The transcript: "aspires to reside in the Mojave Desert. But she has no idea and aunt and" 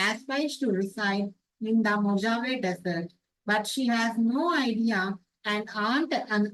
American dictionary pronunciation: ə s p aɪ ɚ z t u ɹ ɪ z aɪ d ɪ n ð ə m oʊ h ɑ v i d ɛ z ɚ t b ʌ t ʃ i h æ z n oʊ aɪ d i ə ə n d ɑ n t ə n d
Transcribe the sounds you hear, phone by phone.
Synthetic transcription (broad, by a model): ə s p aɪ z t u ɹ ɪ s aɪ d ɪ n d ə m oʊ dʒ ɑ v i d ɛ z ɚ t b ʌ t ʃ i h æ z n oʊ aɪ d i ə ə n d ɑ n t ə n